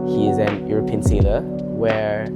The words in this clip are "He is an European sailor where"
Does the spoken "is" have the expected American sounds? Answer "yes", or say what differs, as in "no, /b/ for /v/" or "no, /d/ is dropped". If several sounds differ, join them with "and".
yes